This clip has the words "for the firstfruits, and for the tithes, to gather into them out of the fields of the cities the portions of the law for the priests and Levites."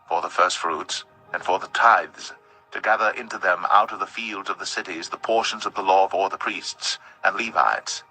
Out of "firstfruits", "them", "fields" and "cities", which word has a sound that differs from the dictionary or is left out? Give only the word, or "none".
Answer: none